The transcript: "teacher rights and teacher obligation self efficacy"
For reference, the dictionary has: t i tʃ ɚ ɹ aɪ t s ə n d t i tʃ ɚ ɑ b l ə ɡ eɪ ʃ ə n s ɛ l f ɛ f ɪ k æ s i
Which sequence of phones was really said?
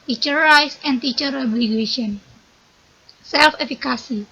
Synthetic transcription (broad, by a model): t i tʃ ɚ ɹ aɪ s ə n t i tʃ ɚ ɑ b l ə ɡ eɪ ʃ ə n s ɛ l f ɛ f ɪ k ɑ s i